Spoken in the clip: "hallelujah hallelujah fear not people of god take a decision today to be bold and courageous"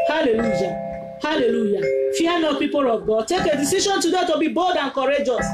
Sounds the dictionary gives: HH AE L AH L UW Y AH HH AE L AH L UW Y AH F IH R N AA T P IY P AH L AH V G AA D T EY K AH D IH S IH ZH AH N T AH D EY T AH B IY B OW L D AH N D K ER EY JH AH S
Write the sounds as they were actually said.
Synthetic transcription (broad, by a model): HH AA L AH L UW Y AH HH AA L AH L UW Y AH F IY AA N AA P IY P AH L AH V G AA D T EY K AH D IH S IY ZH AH N T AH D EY T AH B IY B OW D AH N K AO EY JH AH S